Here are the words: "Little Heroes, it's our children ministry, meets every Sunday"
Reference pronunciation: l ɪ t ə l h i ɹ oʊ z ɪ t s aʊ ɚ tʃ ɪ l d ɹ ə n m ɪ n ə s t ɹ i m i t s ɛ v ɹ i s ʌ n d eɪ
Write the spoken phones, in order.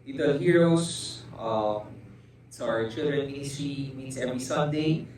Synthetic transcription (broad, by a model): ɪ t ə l h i ɹ oʊ s ɪ t s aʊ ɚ tʃ ɪ l d ɹ ə n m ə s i m i t s ɛ v ɹ i s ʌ n d eɪ